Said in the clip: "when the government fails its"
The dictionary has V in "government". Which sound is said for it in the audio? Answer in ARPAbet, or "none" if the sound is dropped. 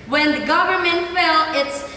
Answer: V